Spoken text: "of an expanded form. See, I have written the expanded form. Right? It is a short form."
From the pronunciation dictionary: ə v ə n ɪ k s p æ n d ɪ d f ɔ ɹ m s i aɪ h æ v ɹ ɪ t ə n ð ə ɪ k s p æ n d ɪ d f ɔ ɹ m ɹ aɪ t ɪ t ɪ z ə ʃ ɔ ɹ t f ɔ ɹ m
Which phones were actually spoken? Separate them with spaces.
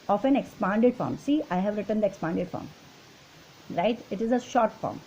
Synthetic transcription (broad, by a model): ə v ə n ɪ k s p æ n d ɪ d f ɔ ɹ m s i aɪ h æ v ɹ ɪ t ə n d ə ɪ k s p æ n d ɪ d f ɔ ɹ m ɹ aɪ t ɪ t ɪ z ə ʃ ɔ ɹ t f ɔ ɹ m